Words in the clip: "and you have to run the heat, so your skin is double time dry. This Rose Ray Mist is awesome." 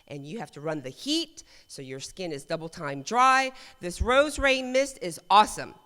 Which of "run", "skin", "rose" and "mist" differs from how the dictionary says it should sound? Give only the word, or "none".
none